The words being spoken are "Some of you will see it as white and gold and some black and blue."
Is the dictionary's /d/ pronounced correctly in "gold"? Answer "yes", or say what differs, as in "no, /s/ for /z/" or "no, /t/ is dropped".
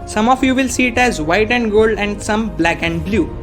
yes